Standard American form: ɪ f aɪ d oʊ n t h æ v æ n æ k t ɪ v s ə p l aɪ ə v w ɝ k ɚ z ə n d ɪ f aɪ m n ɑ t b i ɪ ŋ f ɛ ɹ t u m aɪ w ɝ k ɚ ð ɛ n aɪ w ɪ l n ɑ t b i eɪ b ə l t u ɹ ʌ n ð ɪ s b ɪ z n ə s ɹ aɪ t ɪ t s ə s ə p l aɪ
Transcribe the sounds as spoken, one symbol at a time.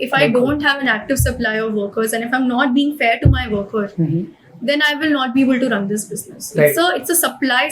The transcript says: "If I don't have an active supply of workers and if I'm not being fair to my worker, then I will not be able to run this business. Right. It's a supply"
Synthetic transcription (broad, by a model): ɪ f aɪ d oʊ n t h æ v æ n æ k t ɪ v s ə p l aɪ ə v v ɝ k ɚ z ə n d ɪ f aɪ m n ɑ t b i ɪ ŋ f ɛ ɹ t u m aɪ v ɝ k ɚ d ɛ n aɪ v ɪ l n ɑ t b i eɪ b ə l t u ɹ ʌ n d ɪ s b ɪ z n ə s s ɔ ɪ t s ə s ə p l aɪ